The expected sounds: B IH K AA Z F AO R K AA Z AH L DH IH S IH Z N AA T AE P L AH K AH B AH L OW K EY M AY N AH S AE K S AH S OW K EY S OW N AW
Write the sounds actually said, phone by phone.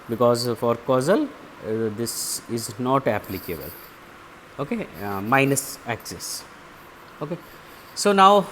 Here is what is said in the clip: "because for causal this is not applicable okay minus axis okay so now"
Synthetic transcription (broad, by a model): B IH K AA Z F AO R K AA Z AH L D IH S IH Z N AA T AE P L AH K AH B AH L OW K EY M AY N AH S AE K S AH S OW K EY S OW N AW